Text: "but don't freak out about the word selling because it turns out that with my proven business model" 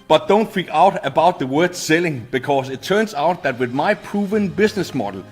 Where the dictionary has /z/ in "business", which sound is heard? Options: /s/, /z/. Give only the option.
/s/